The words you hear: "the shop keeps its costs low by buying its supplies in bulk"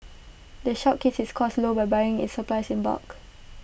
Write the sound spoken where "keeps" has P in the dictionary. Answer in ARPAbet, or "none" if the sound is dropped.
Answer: none